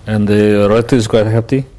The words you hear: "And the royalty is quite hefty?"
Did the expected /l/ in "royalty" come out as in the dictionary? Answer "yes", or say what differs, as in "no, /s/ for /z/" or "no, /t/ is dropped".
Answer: no, /l/ is dropped